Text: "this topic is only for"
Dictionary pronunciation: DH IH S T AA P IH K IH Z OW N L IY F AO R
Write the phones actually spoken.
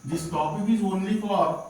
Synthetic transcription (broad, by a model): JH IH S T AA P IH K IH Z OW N N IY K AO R